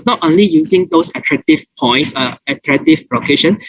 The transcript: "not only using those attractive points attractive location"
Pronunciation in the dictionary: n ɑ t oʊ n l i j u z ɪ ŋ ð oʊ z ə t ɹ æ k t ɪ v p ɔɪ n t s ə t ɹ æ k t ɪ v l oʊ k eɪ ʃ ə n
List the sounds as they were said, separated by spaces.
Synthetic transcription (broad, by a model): n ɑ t oʊ n l i j u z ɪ ŋ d oʊ s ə t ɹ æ k t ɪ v p ɔɪ n t s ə t ɹ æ k t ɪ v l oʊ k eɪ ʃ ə n